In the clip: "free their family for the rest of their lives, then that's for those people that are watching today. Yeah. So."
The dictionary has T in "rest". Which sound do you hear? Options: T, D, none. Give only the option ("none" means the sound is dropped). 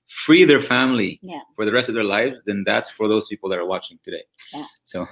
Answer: T